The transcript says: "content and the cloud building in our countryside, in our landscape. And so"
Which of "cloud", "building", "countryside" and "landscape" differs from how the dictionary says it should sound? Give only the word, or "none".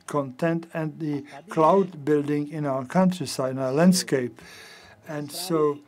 none